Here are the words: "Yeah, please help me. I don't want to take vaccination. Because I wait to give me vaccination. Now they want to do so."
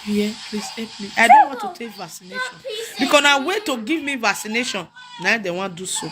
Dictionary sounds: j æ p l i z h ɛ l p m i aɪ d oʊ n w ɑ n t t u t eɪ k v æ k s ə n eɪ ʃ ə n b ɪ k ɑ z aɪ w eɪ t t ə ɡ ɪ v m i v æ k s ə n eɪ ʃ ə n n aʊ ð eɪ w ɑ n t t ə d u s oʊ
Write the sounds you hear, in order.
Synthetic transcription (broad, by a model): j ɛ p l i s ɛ p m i aɪ d oʊ n w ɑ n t t u t eɪ k v æ k s ə n eɪ ʃ ə n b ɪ k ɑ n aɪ w eɪ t t ə ɡ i v m i v æ k s ə n eɪ ʃ ə n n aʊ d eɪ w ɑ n d u s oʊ